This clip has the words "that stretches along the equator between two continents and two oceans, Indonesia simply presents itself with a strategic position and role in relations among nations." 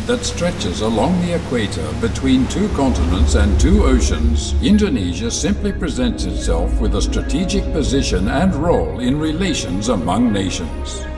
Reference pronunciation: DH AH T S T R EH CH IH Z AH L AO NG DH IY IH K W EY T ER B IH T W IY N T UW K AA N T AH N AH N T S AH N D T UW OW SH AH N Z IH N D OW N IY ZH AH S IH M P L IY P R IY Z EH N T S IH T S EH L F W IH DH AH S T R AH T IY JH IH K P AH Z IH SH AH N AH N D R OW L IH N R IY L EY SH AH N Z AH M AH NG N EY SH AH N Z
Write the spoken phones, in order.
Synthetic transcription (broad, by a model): DH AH T S T R EH CH IH Z AH L AO NG DH IY IH K W EY T ER B IH T W IY N T UW K AA N T AH N AH N T S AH N T UW OW SH AH N Z IH N D OW N IY ZH AH S IH M P L IY P R IY Z EH N T S IH T S EH L F W IH DH AH S T R AH T IY JH IH K P AH Z IH SH AH N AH N R OW L IH N R IY L EY SH AH N Z AH M AH NG N EY SH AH N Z